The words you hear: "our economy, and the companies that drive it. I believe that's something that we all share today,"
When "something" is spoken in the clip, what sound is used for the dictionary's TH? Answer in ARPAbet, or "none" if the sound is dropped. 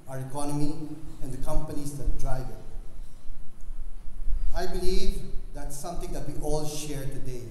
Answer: T